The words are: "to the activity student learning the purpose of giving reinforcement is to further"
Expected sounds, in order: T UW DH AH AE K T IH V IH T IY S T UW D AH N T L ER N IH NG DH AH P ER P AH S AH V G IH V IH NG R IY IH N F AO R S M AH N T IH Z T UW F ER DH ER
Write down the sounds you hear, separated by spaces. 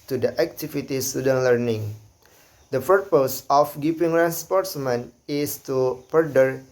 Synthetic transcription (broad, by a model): T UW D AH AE K T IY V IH T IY S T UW D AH N L ER N IH NG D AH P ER P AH S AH F G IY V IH NG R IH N P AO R S M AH N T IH S T UW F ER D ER